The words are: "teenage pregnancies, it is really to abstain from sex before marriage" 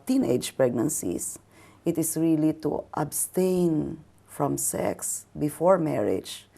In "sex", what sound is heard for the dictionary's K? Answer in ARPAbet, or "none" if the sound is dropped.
K